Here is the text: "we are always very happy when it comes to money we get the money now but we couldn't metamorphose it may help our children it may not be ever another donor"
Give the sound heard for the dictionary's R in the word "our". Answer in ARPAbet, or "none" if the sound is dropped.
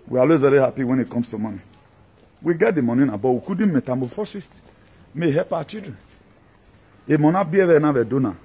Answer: W